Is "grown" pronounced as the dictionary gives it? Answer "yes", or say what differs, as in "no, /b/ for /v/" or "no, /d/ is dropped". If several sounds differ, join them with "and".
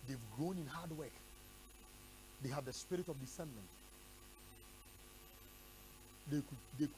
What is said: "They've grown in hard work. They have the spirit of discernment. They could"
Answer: yes